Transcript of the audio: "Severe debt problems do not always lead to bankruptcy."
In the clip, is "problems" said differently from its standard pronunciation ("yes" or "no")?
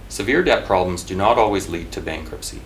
no